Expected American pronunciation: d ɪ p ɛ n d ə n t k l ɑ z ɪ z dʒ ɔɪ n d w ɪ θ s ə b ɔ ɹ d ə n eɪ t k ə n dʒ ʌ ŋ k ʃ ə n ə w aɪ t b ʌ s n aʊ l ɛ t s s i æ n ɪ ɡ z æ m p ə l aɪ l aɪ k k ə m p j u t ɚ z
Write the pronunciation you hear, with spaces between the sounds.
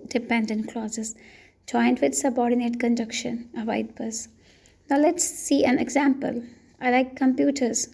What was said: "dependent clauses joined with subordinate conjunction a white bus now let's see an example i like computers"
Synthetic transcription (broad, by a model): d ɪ p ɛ n d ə n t k l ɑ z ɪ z dʒ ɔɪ n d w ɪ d s ə b ɔ ɹ d ə n eɪ t k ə n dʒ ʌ k ʃ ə n ə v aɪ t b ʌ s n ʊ l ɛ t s s i æ n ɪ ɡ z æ m p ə l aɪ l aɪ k k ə m p j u t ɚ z